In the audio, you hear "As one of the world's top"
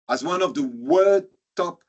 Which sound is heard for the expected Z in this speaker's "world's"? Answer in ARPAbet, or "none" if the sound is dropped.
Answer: none